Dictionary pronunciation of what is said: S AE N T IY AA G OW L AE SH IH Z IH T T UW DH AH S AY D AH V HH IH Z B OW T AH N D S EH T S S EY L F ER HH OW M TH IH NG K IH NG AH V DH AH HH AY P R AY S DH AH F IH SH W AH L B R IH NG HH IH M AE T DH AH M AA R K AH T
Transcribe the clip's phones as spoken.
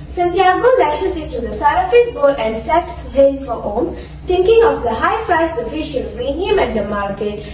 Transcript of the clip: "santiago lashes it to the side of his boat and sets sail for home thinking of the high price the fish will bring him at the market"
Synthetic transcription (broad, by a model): S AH N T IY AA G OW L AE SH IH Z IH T T UW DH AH S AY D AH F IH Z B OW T AH N D S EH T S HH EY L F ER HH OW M T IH NG K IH NG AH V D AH HH AY P R AY S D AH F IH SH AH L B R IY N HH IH M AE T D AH M AA R K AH T